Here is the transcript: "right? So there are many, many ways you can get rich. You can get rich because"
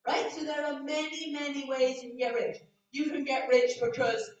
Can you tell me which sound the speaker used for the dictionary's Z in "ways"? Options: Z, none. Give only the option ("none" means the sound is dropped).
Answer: Z